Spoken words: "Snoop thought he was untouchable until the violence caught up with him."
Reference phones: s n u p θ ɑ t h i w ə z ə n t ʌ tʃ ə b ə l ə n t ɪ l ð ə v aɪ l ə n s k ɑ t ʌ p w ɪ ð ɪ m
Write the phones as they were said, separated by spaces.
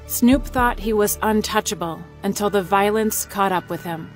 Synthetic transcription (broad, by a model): s n u p θ ɑ t h i w ə z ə n t ʌ tʃ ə b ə l ə n t ɪ l ð ə v aɪ l ə n s k ɑ t ʌ p w ɪ ð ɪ m